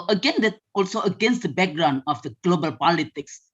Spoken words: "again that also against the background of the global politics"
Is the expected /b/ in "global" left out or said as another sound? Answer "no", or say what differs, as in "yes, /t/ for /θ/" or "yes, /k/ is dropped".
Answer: no